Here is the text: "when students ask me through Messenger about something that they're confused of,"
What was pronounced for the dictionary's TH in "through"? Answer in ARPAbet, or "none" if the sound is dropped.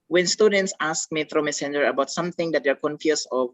T